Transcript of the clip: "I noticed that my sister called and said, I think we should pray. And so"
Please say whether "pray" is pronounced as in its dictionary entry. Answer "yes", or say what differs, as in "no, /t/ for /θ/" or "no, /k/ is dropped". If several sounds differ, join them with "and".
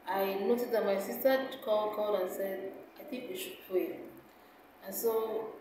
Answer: no, /l/ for /ɹ/